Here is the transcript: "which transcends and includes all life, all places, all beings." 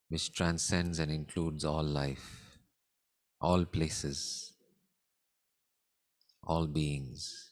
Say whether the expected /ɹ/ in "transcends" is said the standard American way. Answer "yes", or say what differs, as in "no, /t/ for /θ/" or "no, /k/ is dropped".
yes